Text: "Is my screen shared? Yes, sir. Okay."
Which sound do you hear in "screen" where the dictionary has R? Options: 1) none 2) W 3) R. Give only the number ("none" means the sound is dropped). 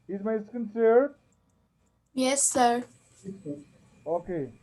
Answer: 1